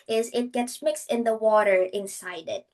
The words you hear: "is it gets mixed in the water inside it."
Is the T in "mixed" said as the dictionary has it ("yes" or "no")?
yes